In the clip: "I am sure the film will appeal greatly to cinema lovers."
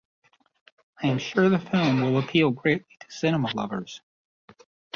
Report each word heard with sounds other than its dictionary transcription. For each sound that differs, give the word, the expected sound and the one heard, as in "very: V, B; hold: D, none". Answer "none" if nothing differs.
none